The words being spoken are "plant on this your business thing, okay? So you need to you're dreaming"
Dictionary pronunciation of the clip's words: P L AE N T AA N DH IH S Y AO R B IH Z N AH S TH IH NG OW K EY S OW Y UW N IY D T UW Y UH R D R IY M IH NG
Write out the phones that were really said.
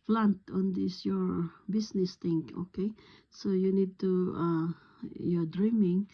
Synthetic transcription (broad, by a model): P L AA N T AA N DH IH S Y AO R B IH S N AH S T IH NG OW K EY S OW Y UW N IY D T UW Y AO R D R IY M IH NG